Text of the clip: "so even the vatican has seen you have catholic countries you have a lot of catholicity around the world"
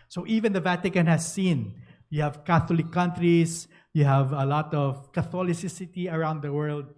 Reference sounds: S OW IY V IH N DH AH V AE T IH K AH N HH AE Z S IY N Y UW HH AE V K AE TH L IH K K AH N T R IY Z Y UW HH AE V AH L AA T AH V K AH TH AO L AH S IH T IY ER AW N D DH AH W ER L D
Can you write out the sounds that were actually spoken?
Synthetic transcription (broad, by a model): S OW IY V IH N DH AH V AE T IH K AH N HH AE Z S IY N Y UW HH AE V K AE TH L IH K K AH N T R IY S Y UW HH AE V AH L AA T AH V K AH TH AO L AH S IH T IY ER AW N D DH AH W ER L D